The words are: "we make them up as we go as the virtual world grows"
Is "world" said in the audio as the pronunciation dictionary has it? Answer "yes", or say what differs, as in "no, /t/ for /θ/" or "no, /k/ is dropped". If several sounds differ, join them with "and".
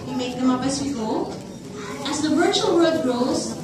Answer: no, /l/ is dropped